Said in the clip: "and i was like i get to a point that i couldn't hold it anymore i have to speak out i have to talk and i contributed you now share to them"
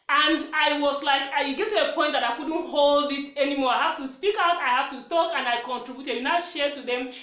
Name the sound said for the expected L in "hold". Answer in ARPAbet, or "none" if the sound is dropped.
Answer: L